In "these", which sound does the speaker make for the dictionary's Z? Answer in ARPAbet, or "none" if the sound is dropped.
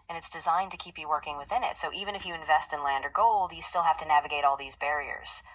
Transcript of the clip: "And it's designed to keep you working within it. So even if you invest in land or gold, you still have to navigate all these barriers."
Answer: Z